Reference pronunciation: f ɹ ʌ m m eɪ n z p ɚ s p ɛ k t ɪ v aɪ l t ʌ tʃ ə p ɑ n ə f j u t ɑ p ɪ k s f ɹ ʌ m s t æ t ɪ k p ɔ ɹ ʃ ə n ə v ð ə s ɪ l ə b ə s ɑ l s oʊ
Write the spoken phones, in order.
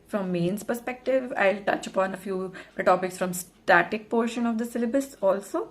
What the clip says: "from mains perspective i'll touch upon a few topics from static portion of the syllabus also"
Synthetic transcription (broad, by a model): f ɹ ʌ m m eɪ n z p ɚ s p ɛ k t ɪ v aɪ l t ʌ tʃ ə p ɑ n ə f j u t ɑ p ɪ k s f ɹ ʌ m s t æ t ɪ k p ɔ ɹ ʃ ə n ə v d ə s ɪ l ə b ə s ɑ l s oʊ